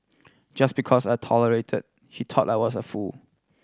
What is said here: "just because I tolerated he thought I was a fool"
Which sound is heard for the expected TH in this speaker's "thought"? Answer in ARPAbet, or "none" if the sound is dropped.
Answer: T